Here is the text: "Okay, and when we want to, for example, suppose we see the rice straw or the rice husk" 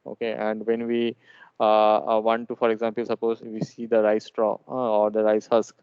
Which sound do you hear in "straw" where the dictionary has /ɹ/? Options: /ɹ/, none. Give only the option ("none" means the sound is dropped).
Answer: /ɹ/